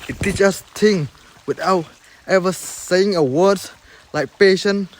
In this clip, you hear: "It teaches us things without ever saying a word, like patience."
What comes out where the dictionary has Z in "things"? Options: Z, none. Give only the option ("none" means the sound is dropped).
none